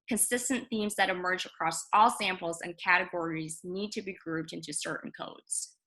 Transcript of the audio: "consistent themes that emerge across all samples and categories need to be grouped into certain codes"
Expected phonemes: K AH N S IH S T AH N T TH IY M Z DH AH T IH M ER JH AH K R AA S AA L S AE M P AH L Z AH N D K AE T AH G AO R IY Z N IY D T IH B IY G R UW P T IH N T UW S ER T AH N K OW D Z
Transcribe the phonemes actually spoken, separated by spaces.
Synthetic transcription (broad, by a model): K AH N S IH S T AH N TH IY M Z DH AH T IH M ER JH AH K R AA S AA L S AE M P L Z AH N K AE T AH G AO R IY Z N IY D T IH B IY G R UW P T IH N T UW S ER T N K OW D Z